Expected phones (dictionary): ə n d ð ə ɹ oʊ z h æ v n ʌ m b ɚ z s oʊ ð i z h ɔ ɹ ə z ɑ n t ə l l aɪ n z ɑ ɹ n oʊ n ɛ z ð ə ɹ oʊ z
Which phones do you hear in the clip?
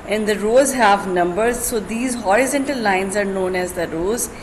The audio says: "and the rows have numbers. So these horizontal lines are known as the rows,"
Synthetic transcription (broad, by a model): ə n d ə ɹ oʊ z h æ v n ʌ m b ɚ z s oʊ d i z h ɔ ɹ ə z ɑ n t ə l l aɪ n z ɑ ɹ n oʊ n ɛ z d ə ɹ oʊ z